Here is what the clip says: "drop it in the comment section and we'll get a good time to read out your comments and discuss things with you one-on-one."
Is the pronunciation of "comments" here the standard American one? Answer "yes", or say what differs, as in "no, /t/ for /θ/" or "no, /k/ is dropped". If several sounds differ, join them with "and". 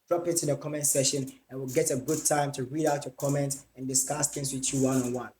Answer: no, /s/ is dropped